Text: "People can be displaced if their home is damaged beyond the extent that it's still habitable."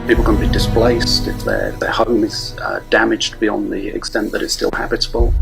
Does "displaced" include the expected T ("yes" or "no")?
yes